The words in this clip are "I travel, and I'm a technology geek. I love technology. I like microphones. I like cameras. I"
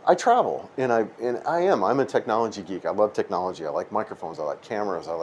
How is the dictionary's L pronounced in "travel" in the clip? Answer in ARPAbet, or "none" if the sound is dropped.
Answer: N